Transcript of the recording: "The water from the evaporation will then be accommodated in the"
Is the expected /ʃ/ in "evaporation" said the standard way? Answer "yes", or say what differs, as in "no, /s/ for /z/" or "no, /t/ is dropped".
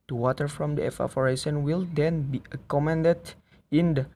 no, /s/ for /ʃ/